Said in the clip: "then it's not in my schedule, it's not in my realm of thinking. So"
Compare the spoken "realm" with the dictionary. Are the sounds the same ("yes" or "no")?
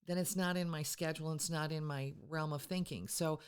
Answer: yes